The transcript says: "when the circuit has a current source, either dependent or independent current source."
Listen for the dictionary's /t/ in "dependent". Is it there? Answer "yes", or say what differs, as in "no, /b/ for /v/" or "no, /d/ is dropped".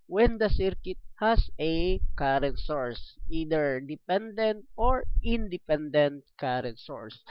yes